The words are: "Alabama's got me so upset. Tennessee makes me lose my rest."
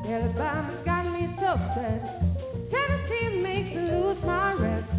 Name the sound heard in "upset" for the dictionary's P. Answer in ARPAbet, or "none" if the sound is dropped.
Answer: F